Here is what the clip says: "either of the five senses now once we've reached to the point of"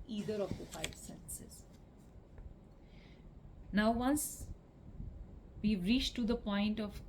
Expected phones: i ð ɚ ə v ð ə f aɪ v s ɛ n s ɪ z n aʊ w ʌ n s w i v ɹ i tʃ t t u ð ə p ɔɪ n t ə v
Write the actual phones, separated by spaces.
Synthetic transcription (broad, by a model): i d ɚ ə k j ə p aɪ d s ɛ n s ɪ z n aʊ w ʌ n s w i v ɹ i tʃ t t u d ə p ɔɪ n t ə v